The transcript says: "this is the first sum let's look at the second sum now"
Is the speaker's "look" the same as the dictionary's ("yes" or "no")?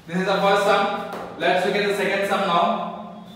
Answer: no